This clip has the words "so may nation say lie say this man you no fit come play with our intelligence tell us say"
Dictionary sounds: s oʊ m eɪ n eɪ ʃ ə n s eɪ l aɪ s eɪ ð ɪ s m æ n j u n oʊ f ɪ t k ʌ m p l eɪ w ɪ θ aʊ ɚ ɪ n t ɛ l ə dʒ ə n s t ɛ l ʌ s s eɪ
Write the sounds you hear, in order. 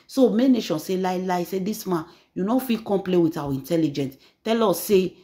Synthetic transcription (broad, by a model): s oʊ m eɪ n eɪ ʃ ə n s eɪ l aɪ s eɪ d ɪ s m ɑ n j u n oʊ f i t k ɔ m p l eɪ w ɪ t aʊ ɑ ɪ n t ɛ l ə dʒ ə n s t ɛ l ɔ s s eɪ